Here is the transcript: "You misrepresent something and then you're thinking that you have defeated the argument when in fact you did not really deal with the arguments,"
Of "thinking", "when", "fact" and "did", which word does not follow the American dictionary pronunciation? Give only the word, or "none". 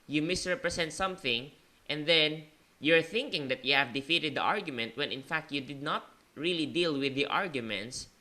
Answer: none